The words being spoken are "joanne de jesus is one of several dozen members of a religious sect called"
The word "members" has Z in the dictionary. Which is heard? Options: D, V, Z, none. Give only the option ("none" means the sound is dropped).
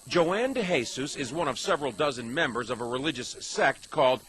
Z